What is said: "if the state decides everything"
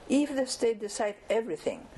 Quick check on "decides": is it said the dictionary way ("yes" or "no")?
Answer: no